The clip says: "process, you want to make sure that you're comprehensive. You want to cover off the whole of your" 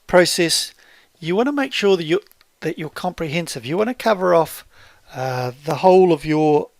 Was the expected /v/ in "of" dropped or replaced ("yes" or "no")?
no